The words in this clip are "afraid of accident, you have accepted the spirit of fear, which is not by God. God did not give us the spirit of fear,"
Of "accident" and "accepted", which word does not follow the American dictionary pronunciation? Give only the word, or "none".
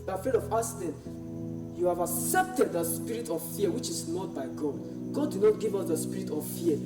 accident